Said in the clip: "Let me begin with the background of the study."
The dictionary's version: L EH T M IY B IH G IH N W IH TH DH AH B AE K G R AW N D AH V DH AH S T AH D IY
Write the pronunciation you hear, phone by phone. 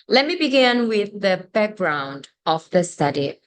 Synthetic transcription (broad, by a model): L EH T M IY B IH G IH N W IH DH AH B AE K G R AW N D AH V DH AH S T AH D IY